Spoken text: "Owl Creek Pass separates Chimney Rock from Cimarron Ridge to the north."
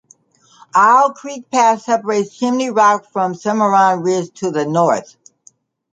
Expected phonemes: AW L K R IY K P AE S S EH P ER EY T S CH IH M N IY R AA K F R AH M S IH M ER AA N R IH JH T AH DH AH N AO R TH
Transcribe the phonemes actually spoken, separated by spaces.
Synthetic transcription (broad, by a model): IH L K R IY K P AE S S EH P ER EY T S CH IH M N IY R AA K F R AH M S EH M ER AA N R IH Z T AH DH AH N AO R TH